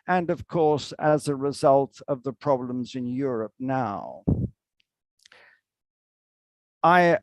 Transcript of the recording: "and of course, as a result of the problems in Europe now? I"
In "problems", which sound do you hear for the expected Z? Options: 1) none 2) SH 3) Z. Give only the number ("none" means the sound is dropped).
3